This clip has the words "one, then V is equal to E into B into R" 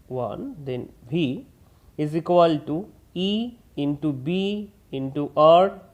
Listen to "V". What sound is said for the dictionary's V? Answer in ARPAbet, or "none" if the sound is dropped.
B